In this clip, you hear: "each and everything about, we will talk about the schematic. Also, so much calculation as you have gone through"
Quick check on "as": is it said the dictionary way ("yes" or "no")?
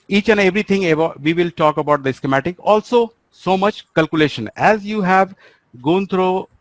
yes